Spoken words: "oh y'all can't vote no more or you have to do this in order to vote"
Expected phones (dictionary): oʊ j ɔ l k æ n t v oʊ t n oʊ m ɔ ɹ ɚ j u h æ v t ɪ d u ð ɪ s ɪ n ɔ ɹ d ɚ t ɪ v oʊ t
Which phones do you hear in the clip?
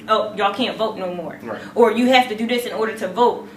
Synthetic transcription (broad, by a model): oʊ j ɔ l k æ n t v oʊ t n oʊ m ɔ ɹ ɚ j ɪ h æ f t ɪ d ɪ ð ɪ s ɪ n ɔ ɹ d ɚ t ɪ v oʊ t